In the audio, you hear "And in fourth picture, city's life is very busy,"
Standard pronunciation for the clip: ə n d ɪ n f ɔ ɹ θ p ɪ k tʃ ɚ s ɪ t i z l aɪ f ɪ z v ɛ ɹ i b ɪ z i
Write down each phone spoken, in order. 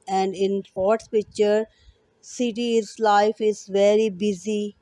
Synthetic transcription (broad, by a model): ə n d ɪ n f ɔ ɹ s p ɪ k tʃ ɚ s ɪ t i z l aɪ f ɪ z v ɛ ɹ i b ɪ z i